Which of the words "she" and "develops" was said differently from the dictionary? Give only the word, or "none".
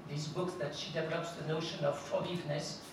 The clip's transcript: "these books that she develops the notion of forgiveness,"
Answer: none